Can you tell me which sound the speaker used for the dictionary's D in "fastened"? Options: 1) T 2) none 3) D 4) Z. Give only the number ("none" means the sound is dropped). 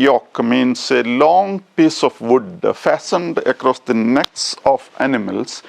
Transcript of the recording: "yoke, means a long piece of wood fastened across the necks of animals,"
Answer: 3